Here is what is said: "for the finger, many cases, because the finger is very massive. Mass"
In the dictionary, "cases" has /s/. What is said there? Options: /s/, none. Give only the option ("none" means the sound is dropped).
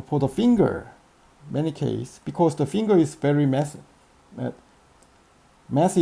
none